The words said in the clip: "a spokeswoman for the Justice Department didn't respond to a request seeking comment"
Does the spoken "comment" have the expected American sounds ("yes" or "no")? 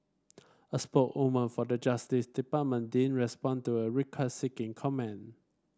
no